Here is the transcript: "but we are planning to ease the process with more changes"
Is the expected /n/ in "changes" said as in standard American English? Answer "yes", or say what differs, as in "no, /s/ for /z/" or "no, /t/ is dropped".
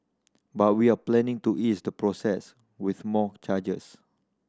no, /n/ is dropped